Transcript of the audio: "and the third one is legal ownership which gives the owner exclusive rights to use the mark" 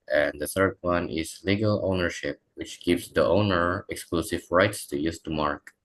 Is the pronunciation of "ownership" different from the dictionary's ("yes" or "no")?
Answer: no